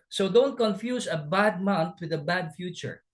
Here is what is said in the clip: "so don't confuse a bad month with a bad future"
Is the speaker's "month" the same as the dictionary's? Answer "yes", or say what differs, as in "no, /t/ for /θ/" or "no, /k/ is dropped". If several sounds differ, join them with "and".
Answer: no, /t/ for /θ/